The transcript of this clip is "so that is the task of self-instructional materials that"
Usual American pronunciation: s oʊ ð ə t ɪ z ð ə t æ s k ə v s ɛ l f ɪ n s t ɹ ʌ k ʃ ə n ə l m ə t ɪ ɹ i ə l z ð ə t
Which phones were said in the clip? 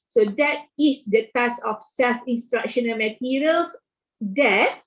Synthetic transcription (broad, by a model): s oʊ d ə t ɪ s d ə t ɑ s ə f s ɛ l f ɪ n s t ɹ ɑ k ʃ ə n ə l m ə t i ɹ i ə l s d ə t